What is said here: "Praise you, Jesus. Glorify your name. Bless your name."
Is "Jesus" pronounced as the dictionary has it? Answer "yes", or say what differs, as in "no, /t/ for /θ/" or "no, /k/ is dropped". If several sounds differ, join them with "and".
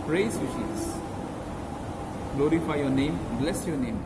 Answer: no, /ʃ/ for /dʒ/